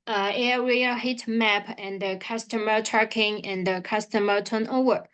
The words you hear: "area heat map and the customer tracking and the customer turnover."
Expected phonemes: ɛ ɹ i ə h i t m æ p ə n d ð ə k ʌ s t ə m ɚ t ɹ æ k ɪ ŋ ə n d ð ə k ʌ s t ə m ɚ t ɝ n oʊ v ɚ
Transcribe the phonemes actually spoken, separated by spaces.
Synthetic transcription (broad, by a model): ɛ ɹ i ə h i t m æ p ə n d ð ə k ʌ s t ə m ɚ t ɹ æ k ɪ ŋ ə n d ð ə k ʌ s t ə m ɚ t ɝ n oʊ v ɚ